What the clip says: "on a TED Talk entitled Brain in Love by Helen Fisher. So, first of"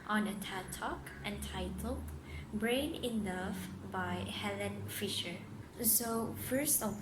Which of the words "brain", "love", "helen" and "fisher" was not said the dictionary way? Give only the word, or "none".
love